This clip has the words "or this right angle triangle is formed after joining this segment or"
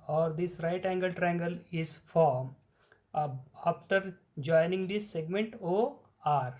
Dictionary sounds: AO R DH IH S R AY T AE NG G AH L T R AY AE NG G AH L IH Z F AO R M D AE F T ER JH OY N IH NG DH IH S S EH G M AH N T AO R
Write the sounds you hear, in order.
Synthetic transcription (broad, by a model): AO R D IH S R AY T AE NG G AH L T R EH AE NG G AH L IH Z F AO R M AA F T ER JH OY N IH NG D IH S S EH G M AH N T AO R